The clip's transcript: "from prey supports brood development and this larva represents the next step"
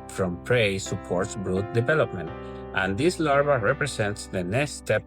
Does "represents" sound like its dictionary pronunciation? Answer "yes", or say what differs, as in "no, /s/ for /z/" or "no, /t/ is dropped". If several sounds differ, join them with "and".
no, /s/ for /z/